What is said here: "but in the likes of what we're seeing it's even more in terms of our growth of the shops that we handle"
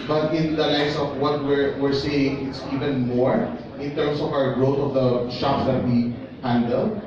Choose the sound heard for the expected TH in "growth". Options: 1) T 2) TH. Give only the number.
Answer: 1